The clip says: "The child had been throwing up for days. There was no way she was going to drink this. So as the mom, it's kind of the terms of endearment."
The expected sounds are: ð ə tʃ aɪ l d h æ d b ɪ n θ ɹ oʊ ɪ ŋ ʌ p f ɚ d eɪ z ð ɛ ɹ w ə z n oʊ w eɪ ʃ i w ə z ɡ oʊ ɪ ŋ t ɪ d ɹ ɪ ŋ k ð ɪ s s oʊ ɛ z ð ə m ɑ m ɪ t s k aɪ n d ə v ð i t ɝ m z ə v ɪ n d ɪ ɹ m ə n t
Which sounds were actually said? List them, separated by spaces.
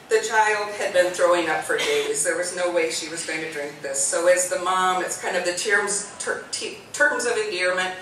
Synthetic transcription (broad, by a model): ð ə tʃ aɪ l d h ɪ d b ɪ n θ ɹ oʊ ɪ ŋ ʌ p f ɚ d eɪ z ð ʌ ɹ w ə z n oʊ w eɪ ʃ i w ə z ɡ oʊ ɪ ŋ t ɪ d ɹ ɪ ŋ k ð ɪ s s oʊ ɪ z ð ə m ɑ m ɪ t s k aɪ n d ə v ð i t ɝ m z ə v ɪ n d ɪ ɹ m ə n t